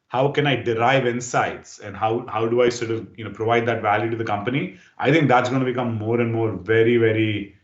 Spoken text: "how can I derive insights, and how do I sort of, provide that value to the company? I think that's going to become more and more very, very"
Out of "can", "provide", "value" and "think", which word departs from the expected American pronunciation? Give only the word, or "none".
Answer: think